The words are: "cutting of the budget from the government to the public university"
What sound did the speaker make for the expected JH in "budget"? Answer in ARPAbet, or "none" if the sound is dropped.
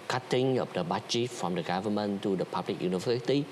CH